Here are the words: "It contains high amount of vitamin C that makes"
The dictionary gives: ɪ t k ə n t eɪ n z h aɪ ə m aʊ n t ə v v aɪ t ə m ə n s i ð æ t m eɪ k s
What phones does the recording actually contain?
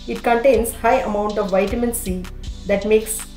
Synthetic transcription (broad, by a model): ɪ t k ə n t eɪ n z h aɪ ə m aʊ n t ə v v aɪ t ə m ə n s i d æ t m eɪ k s